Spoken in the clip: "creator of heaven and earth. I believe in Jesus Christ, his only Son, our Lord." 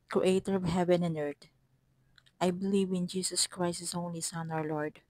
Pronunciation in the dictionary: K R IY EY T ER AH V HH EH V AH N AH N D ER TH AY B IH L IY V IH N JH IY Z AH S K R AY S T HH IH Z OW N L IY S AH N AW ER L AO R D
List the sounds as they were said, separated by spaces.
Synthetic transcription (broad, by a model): K R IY EY T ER AH V HH EH V AH N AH N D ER T AY B IH L IY V IH N JH IY S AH S K R AY S T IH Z OW N L IY S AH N AW ER L AO R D